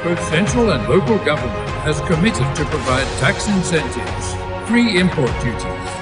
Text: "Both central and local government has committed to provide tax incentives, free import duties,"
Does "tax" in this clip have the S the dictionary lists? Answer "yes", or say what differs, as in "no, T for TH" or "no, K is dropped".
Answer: yes